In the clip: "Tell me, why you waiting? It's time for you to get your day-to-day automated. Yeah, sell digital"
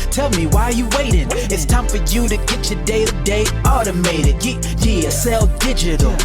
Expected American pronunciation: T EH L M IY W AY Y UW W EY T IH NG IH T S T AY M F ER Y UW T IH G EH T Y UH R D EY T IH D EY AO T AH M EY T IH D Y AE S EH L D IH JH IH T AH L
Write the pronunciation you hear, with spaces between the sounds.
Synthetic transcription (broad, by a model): T EH L M IY W AY Y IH W EY T IH NG IH T S T AY M F ER Y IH T IH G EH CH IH D EY IH D EY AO T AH M EY T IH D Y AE S EH L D IH JH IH T L